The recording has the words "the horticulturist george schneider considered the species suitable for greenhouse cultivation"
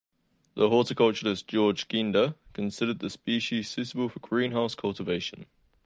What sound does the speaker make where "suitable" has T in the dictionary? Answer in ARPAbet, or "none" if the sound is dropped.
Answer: S